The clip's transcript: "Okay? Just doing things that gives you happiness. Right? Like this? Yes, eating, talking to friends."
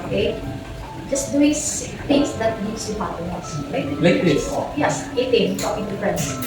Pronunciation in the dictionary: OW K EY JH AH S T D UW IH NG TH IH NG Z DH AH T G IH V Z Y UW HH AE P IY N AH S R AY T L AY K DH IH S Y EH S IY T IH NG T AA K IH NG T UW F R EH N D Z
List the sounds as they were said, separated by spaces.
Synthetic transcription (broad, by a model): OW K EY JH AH S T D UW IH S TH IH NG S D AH T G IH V S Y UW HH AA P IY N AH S L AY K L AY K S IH Y EH S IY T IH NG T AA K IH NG T UW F R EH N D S